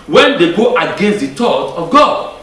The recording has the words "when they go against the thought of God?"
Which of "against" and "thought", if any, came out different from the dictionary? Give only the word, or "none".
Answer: thought